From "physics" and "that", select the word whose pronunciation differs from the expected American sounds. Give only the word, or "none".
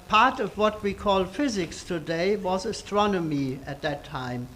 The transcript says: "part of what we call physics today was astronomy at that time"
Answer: none